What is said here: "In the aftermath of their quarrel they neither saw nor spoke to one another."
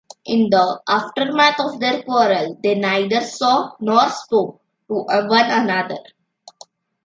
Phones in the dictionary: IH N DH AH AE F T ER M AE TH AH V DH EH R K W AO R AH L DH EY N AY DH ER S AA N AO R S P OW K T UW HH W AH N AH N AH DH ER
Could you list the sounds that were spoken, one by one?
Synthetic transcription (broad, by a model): IH N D AH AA F T ER M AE T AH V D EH R K W AO R AH L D EY N AY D ER S AA N AO R S P OW K T UW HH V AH N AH N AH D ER